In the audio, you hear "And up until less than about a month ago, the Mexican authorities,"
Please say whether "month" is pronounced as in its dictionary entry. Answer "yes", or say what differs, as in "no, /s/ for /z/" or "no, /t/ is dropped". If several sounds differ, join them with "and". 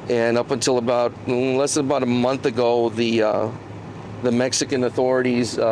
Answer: yes